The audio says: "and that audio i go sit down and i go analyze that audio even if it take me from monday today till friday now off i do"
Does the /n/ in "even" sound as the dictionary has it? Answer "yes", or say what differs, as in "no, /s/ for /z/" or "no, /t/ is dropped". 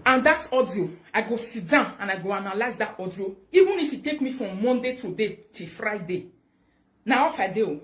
yes